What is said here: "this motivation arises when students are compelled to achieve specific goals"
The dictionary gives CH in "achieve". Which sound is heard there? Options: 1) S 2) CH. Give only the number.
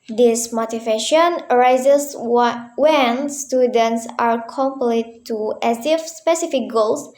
1